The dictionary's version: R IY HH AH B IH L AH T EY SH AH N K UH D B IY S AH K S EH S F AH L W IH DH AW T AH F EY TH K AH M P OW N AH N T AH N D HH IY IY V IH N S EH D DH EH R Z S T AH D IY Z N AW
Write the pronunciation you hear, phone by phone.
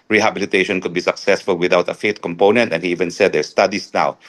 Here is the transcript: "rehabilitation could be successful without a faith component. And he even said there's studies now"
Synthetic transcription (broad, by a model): R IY HH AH B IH L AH T EY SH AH N K UH D B IY S AH K S EH S F AH L W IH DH AW T AH F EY T K AH M P OW N AH N T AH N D HH IY IY V IH N S EH D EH R S T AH D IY S N AW